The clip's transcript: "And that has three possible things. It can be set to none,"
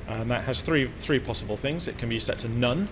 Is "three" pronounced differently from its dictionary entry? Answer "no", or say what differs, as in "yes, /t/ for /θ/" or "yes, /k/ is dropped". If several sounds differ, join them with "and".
no